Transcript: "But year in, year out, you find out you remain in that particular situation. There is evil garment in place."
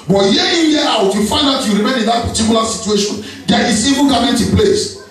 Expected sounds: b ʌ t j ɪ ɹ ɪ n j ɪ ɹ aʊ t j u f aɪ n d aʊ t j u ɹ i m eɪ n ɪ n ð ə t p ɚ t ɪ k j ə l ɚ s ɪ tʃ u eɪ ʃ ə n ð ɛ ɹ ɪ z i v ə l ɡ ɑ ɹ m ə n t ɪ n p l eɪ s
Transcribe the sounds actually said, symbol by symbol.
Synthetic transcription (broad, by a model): b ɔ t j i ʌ ɪ n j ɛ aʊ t j u f aɪ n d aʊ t j u ɹ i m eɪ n ɪ n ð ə t p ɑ t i k j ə l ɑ s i tʃ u eɪ ʃ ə n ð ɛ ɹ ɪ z i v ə n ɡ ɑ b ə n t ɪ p l eɪ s